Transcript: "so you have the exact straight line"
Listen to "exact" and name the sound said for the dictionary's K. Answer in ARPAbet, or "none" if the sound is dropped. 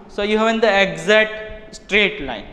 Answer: none